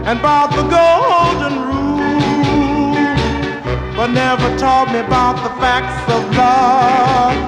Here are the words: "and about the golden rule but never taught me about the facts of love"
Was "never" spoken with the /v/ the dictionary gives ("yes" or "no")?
yes